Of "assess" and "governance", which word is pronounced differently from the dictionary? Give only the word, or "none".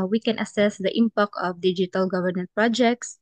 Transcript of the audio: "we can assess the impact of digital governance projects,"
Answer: governance